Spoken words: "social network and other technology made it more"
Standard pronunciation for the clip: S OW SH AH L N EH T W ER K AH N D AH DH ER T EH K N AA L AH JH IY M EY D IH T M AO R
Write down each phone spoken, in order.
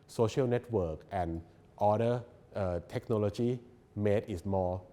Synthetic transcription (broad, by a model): S OW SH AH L N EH T W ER K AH N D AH ER T EH K N AA L AH JH IY M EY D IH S M AO